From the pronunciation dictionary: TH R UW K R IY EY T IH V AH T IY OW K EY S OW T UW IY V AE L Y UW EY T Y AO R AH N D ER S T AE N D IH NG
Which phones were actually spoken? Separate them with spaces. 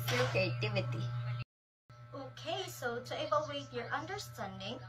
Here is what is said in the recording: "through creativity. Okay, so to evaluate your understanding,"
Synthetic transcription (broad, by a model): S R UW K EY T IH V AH T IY OW K EY S OW T UW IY B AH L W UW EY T Y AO R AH N D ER S T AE N D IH NG